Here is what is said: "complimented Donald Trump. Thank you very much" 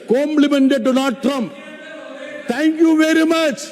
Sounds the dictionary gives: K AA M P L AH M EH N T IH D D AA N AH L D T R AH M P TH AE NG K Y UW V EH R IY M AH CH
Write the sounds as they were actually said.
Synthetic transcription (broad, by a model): K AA M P L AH M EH N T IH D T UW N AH D T R AH M P T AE NG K Y UW V EH R IY M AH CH